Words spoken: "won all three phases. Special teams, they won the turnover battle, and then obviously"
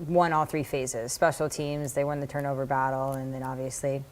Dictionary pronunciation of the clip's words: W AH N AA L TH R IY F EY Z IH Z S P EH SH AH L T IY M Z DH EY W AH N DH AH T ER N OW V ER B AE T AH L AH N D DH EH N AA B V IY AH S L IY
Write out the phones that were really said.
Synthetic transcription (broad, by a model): W AH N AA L TH R IY F EY Z IH Z S P EH SH L T IY M Z DH EY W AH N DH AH T ER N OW V ER B AE T L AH N DH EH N AA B V IY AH S L IY